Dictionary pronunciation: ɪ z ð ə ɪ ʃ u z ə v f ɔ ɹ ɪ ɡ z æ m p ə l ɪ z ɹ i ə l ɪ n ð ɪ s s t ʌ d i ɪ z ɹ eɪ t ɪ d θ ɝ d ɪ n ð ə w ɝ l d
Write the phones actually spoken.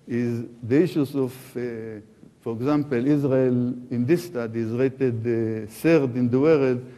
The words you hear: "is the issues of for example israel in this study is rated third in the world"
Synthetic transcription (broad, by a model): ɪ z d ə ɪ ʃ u s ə f f ɔ ɹ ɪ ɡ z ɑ m p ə l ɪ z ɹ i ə l ɪ n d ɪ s s t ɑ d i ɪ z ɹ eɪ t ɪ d s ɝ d ɪ n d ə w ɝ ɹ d